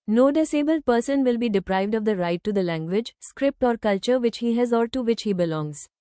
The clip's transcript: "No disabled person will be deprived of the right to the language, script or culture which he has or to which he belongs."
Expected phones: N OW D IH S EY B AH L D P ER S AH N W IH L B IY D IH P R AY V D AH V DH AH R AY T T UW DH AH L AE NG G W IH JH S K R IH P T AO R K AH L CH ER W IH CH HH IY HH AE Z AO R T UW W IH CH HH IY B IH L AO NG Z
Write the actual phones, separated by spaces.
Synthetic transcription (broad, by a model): N OW D IH S EY B AH L D P ER S AH N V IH L B IY D IH P R AY V D AH V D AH R AY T T UW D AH L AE NG G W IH JH S K R IH P T AO R K AH L CH ER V IH CH HH IY HH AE Z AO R T UW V IH CH HH IY B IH L AO NG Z